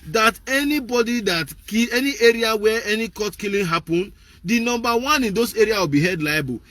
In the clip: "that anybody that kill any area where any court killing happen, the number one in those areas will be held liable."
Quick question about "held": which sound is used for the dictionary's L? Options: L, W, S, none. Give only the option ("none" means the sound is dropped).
none